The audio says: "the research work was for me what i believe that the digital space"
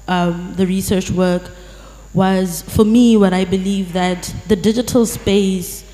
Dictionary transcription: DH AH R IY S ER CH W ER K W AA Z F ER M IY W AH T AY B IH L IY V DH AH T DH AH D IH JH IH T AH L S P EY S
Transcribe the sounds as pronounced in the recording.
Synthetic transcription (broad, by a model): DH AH R IY S ER CH W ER K W AA Z F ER M IY W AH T AY B IH L IY V DH AH T DH AH D IH JH IH T AH L S P EY S